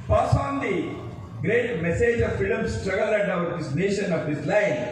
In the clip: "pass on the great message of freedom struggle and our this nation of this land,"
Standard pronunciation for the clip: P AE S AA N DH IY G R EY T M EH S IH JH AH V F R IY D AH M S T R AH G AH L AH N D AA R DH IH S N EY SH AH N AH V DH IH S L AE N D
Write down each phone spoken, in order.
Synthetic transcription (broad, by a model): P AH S AA N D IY G R EY T M EH S IH JH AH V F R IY D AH M S T R AH G AH L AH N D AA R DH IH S N EY SH AH N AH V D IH S L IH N